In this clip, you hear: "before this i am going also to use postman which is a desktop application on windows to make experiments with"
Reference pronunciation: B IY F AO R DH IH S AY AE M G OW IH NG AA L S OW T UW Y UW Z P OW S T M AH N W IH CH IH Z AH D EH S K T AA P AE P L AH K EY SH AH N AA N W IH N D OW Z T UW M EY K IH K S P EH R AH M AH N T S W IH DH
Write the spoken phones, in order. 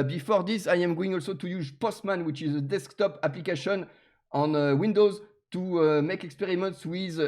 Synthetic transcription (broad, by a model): B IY F AO R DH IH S AY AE M G OW IH NG AA L S OW T UW Y UW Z P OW S T M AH N W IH CH IH Z AH D EH S K T AA P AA P L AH K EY SH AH N AA N W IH N D OW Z T UW M EY K IH K S P EH R AH M AH N T S W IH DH